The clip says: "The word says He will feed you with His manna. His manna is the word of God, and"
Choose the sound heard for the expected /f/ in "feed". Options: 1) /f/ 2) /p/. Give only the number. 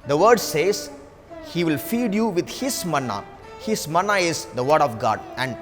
1